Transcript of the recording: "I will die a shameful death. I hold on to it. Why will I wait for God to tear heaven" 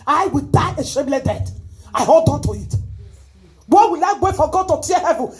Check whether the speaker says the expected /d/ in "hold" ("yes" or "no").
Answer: yes